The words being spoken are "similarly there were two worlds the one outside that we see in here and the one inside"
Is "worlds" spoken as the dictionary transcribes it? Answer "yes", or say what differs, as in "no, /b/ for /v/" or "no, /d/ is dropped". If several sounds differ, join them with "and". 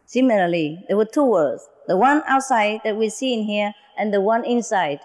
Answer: no, /l/ is dropped